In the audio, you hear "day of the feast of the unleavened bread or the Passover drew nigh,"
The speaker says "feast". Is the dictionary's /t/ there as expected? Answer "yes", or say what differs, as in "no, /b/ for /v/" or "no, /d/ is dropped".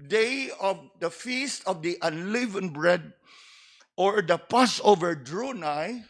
yes